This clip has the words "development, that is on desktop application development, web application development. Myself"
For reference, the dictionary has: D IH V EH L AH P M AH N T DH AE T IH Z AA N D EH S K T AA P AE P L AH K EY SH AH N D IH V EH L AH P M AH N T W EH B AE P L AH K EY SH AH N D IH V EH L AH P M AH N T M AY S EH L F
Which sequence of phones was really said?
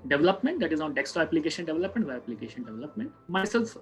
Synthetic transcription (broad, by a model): D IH V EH L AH P M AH N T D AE T IH Z AA N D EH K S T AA AE P L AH K EY SH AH N D IH V EH L AH P M AH N T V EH AE P L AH K EY SH AH N D IH V EH L AH P M AH N T M AY S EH L F